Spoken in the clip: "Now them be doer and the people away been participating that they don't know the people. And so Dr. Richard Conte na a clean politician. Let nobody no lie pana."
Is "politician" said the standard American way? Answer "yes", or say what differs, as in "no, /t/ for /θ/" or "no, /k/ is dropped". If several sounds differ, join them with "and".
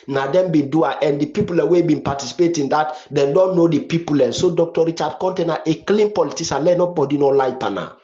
no, /s/ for /ʃ/